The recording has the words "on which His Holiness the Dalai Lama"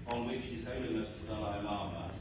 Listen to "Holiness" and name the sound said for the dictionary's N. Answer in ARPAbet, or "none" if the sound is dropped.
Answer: L